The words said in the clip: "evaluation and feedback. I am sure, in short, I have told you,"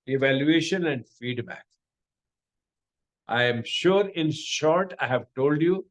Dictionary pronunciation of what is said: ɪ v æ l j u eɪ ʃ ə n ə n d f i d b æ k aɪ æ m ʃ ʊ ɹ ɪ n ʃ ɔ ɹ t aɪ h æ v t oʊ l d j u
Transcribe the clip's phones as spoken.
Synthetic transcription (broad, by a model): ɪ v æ l j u eɪ ʃ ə n ə n d f i d b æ k aɪ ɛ m ʃ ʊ ɹ ɪ n ʃ ɔ ɹ t aɪ h æ v t oʊ l d j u